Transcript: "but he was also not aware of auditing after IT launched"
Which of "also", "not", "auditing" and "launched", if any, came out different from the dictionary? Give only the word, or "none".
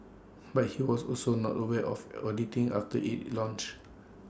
launched